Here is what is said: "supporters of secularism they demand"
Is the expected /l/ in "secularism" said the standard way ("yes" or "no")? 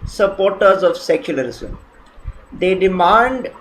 yes